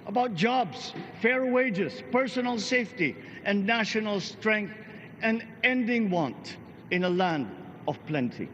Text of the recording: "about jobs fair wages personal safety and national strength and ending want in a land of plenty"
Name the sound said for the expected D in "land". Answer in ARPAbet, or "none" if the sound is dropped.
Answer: D